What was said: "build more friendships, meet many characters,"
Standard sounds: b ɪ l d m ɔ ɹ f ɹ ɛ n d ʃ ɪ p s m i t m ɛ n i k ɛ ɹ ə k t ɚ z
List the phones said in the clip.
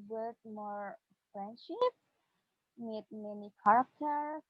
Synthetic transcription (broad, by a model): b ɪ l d m ɔ ɹ f ɹ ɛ n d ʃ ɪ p m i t m ɛ n i k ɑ ɹ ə k t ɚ